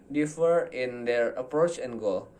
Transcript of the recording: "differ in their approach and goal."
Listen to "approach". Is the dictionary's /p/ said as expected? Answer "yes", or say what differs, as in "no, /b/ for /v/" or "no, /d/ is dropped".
yes